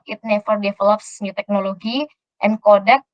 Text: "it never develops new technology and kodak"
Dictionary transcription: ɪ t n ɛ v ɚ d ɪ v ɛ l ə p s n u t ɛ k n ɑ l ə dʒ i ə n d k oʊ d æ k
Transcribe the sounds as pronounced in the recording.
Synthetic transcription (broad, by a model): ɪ t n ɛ f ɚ d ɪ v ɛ l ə p s n u t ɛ k n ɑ l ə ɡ i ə n k oʊ d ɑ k